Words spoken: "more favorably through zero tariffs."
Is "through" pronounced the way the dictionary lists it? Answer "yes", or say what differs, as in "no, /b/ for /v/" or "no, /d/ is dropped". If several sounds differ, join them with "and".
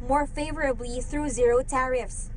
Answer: yes